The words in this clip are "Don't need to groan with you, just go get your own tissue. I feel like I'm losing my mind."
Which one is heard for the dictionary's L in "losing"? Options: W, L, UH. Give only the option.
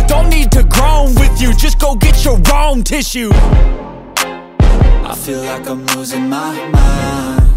W